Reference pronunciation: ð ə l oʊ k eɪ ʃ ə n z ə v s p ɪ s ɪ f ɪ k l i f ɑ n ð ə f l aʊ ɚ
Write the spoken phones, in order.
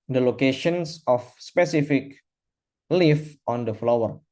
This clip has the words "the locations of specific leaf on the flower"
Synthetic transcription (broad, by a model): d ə l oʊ k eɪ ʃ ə n s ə f s p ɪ s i f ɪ k l i f ɑ n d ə f l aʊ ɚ